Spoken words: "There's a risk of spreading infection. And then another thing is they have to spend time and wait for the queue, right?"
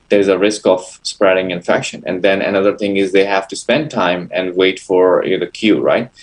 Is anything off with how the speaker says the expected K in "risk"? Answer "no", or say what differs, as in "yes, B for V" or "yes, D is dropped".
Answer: no